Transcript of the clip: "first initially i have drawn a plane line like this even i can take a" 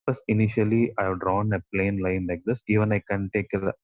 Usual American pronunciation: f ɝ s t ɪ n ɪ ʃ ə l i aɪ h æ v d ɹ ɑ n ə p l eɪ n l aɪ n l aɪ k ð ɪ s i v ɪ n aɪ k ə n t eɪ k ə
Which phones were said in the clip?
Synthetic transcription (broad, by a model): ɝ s ɪ n ɪ ʃ ə l i aɪ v d ɹ ɑ n ə p l eɪ n l aɪ n l aɪ k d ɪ s i v ɪ n aɪ k ə n t eɪ k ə